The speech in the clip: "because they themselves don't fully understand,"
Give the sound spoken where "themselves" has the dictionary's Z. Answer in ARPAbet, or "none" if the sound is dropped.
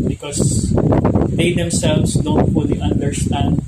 S